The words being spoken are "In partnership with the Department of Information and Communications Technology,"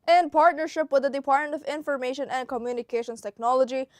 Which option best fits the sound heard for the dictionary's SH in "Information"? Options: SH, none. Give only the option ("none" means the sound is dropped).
SH